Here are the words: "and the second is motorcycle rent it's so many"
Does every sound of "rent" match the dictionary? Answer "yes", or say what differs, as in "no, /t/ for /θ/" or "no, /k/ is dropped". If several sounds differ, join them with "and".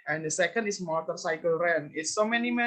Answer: no, /t/ is dropped